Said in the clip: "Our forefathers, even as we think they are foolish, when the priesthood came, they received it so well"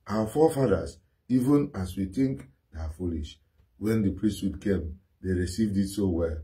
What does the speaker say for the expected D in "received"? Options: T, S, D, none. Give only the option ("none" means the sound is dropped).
D